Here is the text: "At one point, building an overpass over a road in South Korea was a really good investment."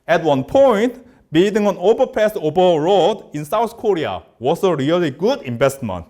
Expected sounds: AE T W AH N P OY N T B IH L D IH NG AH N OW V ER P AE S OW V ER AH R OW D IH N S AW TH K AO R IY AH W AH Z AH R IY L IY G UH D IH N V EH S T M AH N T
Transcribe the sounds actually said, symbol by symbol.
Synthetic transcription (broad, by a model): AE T W AH N P OY N T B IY D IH NG AH N OW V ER P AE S OW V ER AH R OW D IH N S AW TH K AO R IY AH W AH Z AH R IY L IY G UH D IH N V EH S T M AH N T